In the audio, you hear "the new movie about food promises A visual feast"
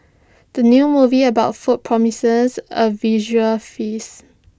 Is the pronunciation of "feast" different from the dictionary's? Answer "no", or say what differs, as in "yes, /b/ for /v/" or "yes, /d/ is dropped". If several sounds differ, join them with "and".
yes, /t/ is dropped